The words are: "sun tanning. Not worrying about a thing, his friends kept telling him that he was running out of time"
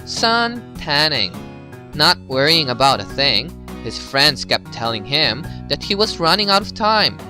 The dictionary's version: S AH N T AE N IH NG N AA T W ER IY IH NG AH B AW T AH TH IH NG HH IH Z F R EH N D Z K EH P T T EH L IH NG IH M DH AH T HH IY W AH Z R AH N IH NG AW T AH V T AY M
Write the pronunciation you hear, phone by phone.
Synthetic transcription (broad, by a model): S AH N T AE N IH NG N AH T W ER IY IH NG AH B AW T AH TH IH NG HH IH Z F R EH N D Z K EH P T T EH L IH NG IH M DH AH T HH IY W AH Z R AH N IH NG AW T AH V T AY M